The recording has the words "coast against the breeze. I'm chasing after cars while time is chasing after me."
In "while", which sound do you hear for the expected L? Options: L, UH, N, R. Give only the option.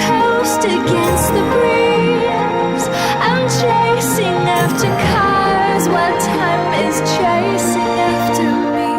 N